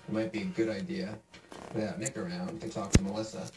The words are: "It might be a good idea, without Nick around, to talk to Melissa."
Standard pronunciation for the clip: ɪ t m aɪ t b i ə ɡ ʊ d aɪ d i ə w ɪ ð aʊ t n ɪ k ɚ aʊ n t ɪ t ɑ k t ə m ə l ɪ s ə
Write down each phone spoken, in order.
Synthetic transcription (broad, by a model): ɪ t m aɪ t b i ə ɡ ʊ d aɪ d i ə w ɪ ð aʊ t n ɪ k ɚ aʊ n t ɪ t ɑ k t ə m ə l ɪ s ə